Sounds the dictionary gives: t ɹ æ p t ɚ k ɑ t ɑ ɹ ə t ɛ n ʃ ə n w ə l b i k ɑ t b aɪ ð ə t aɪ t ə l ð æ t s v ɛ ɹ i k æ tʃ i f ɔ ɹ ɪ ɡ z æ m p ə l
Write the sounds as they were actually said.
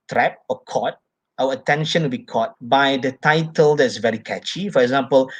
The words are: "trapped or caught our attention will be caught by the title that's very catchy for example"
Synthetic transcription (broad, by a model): t ɹ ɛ p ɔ k ɑ t ɑ w ə t ɛ n ʃ ə n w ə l b i k ɑ t b aɪ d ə t aɪ t ə l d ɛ t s v ɛ ɹ i k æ tʃ i f ɔ ɹ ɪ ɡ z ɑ m p ə l